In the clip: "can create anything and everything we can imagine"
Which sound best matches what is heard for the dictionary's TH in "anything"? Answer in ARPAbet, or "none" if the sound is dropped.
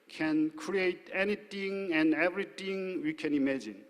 T